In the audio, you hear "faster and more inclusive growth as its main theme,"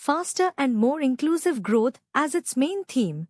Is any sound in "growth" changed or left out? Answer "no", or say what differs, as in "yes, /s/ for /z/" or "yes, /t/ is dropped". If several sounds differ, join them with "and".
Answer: yes, /t/ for /θ/